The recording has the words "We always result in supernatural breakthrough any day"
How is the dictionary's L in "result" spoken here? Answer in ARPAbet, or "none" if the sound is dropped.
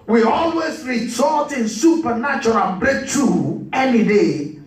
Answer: none